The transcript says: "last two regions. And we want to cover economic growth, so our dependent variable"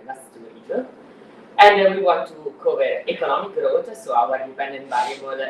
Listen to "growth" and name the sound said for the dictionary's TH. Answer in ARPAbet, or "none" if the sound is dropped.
T